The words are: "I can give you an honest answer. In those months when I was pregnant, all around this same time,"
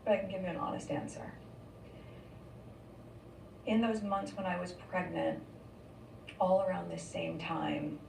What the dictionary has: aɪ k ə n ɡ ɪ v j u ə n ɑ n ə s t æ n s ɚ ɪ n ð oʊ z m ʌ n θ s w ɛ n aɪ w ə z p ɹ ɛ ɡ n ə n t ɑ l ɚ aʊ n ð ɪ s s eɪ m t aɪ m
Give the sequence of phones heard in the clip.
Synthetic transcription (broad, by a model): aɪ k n ɡ ɪ v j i ə n ɑ n ə s t æ n s ɚ ɪ n ð oʊ z m ʌ n θ s w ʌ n aɪ w ə z p ɹ ɛ ɡ n ə n t ɑ l ɚ aʊ n ð ɪ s s eɪ m t aɪ m